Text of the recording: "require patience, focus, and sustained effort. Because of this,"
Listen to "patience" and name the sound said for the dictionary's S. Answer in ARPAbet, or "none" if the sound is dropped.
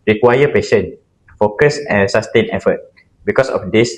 none